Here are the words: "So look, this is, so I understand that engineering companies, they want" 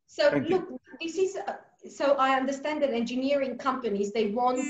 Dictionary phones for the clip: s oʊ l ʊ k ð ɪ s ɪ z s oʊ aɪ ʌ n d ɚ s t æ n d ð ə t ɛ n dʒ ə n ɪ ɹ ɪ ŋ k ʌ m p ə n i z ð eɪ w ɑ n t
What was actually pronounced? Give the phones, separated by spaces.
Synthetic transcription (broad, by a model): s oʊ l ʊ k ð ɪ s ɪ z s oʊ aɪ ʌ n d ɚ s t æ n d ð ə t ɛ n dʒ ə n ɪ ɹ ɪ ŋ k ʌ m p ə n i z ð eɪ w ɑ n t